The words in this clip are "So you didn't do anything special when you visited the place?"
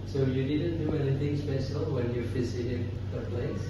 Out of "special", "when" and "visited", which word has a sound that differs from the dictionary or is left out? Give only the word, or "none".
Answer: visited